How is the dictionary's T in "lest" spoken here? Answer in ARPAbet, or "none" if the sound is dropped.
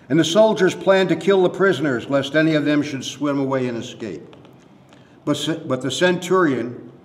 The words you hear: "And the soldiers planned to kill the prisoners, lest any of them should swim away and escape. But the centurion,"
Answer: T